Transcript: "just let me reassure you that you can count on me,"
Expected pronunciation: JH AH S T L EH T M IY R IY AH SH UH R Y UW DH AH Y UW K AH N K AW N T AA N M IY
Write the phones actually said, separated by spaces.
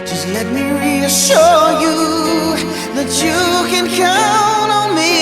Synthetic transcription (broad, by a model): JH AH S T L EH T M IY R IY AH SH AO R Y UW DH AH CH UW K AH N K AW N AA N M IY